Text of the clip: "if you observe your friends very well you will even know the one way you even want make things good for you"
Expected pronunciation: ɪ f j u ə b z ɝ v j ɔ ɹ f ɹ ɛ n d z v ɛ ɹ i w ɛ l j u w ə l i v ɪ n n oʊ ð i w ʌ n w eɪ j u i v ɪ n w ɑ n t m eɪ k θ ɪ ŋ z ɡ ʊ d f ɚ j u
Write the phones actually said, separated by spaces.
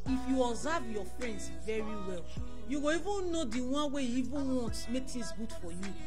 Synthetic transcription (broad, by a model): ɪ f j u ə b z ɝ v j ɔ f ɹ ɛ n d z v ɛ ɹ i w ɛ l j u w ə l i v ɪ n n oʊ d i w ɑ n w eɪ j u i v ɪ n w ɑ n t m eɪ k t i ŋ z ɡ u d f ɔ j u